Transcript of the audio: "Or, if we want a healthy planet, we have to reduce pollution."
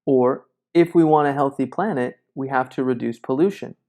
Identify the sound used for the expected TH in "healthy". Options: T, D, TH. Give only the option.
TH